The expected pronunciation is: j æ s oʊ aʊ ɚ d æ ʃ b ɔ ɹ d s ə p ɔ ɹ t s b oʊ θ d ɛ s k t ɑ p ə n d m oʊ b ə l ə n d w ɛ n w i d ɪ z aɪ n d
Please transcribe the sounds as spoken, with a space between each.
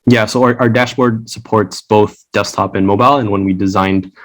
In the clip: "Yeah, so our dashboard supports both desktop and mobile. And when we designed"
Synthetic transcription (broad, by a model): j æ s oʊ aʊ ɚ d æ ʃ b ɔ ɹ d s ə p ɔ ɹ t s b oʊ θ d ɛ s t ɑ p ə n m oʊ b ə l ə n w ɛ n w i d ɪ z aɪ n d